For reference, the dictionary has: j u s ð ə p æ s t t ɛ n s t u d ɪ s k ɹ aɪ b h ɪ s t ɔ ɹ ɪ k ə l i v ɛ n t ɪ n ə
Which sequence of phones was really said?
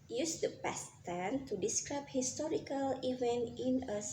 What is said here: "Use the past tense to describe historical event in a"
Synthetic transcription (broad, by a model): j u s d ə p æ s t t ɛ n t u d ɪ s k ɹ aɪ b h ɪ s t ɔ ɹ ɪ k ə l i v ɛ n t ɪ n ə